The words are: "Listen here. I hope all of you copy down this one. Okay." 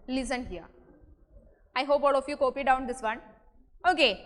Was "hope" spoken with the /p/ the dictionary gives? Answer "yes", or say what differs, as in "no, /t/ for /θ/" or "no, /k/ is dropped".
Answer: yes